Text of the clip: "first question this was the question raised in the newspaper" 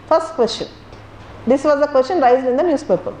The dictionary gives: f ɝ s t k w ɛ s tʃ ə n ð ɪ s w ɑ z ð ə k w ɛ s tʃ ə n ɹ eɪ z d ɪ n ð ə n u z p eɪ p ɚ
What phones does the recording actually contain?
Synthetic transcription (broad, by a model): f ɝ s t k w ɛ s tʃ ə n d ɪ s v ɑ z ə k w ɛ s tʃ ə n ɹ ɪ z ɪ n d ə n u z p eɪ p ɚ